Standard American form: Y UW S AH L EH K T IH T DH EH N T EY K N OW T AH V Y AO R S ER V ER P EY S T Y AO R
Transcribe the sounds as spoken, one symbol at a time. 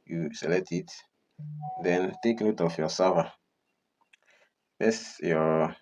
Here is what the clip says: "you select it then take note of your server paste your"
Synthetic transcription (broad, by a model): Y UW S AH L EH T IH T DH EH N T EY K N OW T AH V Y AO S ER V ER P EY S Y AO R